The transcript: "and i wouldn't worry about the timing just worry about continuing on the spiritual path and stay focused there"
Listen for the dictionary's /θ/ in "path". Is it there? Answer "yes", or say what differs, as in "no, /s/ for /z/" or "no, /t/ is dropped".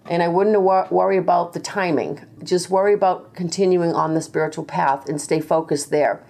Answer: yes